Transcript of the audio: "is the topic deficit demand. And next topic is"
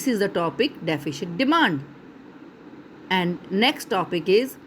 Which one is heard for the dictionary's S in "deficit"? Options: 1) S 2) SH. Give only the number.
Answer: 2